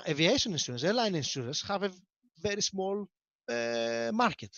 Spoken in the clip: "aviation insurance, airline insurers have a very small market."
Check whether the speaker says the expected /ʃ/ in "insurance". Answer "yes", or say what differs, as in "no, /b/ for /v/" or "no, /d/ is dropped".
no, /s/ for /ʃ/